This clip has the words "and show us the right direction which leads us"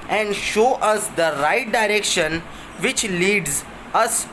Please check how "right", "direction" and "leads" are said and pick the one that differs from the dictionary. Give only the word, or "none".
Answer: none